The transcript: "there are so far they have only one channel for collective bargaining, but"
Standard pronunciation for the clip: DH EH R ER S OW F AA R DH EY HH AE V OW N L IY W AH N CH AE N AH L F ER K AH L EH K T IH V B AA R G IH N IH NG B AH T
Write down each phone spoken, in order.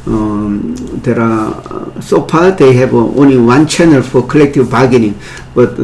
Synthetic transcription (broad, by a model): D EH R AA S OW P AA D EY HH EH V OW N L IY W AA N CH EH N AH L F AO K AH L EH K T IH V B AA G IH N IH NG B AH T